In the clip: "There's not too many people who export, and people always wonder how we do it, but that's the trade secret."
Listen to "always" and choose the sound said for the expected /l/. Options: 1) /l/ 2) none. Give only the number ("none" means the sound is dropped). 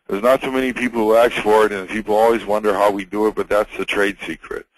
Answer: 1